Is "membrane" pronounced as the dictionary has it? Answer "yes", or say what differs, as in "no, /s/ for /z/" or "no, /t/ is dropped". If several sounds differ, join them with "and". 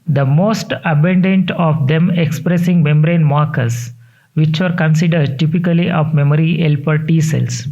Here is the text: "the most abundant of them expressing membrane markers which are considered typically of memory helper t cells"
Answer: yes